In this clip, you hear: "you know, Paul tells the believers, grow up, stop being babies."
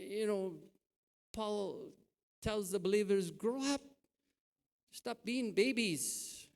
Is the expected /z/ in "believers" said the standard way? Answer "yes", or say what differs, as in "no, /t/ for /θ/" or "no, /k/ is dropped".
yes